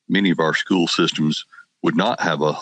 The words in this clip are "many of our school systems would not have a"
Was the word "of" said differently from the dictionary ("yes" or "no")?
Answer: no